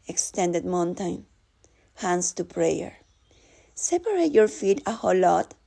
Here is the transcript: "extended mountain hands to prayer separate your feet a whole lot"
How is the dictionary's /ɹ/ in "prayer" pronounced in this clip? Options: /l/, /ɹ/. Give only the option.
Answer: /ɹ/